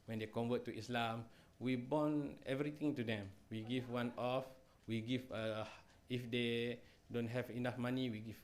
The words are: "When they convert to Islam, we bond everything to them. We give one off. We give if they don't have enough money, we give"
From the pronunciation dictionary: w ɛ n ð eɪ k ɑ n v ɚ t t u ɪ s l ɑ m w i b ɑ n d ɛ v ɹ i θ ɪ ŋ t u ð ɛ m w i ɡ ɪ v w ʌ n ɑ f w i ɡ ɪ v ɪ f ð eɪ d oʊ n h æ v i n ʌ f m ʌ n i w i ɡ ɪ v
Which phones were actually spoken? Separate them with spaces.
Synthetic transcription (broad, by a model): w ɛ n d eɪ k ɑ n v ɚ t t u ɪ s l ɑ m w i b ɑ n ɛ v ɹ i t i ŋ t u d ɛ m w i ɡ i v w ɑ n ɑ f w i ɡ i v ɪ f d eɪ d oʊ n h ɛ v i n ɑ f m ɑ n i w i ɡ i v